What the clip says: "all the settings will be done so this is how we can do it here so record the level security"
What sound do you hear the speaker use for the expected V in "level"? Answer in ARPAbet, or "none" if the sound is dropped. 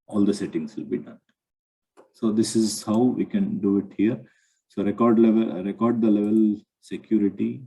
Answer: V